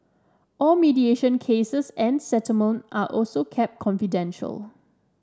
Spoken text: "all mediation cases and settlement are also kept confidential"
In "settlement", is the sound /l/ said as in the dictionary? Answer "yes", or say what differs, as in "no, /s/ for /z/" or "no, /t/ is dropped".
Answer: no, /l/ is dropped